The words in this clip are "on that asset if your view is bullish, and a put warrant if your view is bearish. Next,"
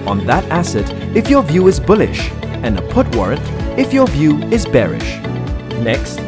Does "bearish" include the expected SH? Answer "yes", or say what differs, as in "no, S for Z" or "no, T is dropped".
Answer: yes